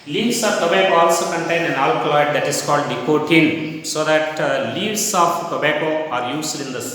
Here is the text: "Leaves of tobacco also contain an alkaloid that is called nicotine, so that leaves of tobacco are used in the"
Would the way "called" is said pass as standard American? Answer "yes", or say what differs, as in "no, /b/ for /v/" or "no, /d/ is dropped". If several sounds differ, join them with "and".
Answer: yes